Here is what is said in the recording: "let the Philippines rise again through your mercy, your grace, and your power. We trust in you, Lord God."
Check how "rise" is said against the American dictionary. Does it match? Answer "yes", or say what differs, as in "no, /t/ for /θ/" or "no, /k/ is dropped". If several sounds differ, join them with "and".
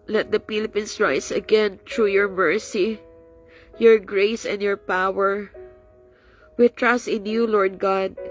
no, /s/ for /z/